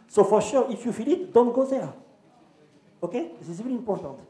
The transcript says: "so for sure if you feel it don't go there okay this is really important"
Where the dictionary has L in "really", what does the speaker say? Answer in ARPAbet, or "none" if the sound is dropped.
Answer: none